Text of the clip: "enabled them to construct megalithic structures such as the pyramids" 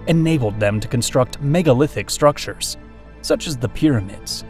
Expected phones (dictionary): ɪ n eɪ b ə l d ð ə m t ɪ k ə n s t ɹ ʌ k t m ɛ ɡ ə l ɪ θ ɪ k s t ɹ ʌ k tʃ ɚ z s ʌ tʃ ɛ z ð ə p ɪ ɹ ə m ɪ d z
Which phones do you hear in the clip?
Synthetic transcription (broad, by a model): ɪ n eɪ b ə l d ð ə m t ɪ k ə n s t ɹ ʌ k t m ɛ ɡ ə l ɪ θ ɪ k s t ɹ ʌ k tʃ ɚ z s ʌ tʃ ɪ z ð ə p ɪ ɹ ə m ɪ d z